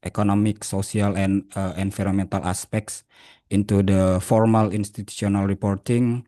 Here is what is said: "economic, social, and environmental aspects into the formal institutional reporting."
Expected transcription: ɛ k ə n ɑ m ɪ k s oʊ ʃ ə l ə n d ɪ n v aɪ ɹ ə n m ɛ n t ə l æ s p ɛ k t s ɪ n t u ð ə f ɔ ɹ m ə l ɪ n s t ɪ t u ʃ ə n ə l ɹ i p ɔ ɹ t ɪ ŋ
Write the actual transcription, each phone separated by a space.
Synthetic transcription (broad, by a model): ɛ k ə n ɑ m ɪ k s oʊ s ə l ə n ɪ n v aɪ ɹ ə m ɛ n t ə l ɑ s p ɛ k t s ɪ n t u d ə f ɔ ɹ m ə l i n s t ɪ t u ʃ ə n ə l ɹ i p ɔ ɹ t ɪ ŋ